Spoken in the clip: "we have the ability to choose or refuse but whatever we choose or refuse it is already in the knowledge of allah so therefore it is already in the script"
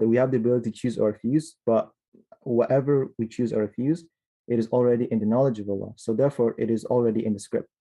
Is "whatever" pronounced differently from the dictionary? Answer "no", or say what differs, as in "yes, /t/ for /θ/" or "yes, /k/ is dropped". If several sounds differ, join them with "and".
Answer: no